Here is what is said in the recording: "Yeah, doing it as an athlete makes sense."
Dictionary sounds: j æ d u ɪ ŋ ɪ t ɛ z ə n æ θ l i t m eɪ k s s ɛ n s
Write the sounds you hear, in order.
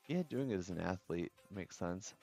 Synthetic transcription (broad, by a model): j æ d u ɪ ŋ ɪ t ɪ z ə n æ θ l i t m eɪ k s s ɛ n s